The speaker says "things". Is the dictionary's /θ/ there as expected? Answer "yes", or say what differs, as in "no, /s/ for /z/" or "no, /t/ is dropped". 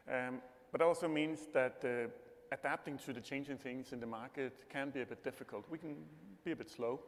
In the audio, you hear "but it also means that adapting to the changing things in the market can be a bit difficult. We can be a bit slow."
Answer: yes